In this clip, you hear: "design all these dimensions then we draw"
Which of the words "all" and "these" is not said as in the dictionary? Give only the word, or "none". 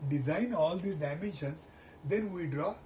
these